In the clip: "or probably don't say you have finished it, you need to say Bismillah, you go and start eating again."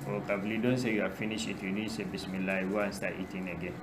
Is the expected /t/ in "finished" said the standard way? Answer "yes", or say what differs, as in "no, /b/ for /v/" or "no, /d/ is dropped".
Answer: no, /t/ is dropped